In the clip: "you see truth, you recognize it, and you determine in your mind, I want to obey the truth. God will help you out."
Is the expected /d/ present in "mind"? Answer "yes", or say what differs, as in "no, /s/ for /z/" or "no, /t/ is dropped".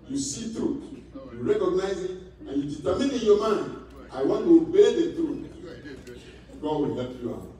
no, /d/ is dropped